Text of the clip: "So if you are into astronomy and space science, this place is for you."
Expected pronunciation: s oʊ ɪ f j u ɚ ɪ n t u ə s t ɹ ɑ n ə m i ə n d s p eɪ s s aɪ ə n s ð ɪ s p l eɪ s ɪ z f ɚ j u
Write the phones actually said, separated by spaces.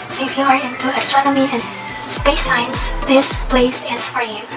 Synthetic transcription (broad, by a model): s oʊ ɪ f j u ɚ ɪ n t u ə s t ɹ ɑ n ə m i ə n s p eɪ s s aɪ ə n s ð ɪ s p l eɪ s ɪ z f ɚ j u